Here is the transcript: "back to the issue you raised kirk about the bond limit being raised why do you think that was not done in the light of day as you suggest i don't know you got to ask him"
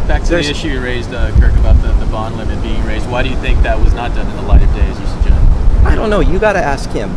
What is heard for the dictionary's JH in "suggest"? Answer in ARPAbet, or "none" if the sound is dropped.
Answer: JH